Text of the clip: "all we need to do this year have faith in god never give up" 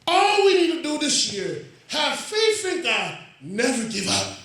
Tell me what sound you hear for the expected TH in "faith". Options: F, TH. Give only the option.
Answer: F